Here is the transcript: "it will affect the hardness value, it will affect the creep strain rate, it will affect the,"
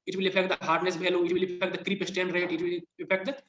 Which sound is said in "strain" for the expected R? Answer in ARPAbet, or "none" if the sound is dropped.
none